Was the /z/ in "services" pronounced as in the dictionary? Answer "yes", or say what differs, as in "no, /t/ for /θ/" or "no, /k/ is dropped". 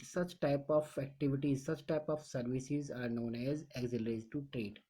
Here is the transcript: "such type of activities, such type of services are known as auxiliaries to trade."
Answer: yes